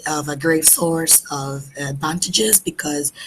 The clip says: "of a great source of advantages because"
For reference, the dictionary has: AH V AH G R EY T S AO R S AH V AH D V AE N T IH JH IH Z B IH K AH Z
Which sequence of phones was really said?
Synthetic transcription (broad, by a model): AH V AH G R EY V S AO R S AH V AH D V AE N T IH JH IH Z B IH K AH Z